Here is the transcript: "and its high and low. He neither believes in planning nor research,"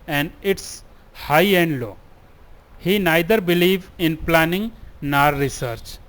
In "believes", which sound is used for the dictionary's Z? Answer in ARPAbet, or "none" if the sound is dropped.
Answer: none